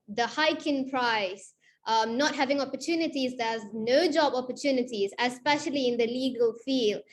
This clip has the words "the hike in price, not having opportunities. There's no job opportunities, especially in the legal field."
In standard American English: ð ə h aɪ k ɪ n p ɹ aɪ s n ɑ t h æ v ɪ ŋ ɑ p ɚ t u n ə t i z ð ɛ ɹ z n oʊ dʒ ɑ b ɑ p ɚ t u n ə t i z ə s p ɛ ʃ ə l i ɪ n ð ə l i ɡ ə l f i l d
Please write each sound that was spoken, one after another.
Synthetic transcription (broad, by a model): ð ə h aɪ k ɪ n p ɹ aɪ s n ɑ t h æ v ɪ ŋ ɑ p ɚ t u n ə t i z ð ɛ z n oʊ dʒ ɑ b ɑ p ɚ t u n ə t i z ə s p ɛ ʃ ə l i ɪ n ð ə l i ɡ ə l f i l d